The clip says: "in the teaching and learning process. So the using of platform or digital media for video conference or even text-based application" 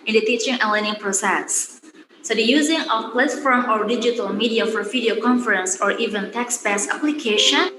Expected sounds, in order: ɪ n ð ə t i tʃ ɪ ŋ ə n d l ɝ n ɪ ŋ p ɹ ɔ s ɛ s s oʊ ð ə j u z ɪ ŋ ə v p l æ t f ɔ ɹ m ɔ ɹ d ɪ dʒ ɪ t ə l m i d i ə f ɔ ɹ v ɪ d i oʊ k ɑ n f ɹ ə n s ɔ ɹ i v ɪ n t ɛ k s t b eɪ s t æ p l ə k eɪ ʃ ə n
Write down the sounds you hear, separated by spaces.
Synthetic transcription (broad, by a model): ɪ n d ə t i tʃ ɪ ŋ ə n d l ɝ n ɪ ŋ p ɹ ɔ s ɛ s s oʊ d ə j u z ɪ ŋ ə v p l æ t f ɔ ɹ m ɔ ɹ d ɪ dʒ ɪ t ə l m i d i ə f ɔ ɹ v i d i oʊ k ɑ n f ɹ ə n s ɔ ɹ i v ɪ n t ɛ k s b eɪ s æ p l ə k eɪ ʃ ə n